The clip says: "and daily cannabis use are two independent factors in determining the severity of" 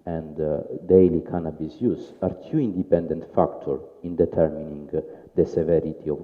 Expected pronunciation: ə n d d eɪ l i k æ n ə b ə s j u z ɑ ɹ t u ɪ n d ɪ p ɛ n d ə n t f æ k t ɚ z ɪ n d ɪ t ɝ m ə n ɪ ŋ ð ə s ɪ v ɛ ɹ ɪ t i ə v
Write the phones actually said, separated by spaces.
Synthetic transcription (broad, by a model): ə n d d eɪ l i k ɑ n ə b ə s j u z ɑ ɹ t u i n d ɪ p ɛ n d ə n t f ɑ k t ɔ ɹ ɪ n d ɪ t ɝ m ə n ɪ ŋ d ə s ɪ v ɛ ɹ ɪ t i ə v